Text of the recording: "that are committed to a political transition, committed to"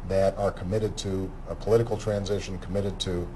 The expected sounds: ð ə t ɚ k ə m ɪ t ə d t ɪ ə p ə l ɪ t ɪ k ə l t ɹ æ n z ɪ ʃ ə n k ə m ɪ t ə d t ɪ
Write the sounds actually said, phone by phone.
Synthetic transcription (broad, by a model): ð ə t ɚ k ə m ɪ t ə d t ɪ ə p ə l ɪ t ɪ k l t ɹ æ n z ɪ ʃ ə n k ə m ɪ t ə d t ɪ